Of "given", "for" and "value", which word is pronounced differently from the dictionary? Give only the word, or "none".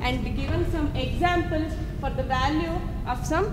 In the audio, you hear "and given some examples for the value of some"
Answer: none